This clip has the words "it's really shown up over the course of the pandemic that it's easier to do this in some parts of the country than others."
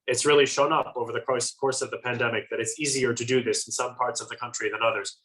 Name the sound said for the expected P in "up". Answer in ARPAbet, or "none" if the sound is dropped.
P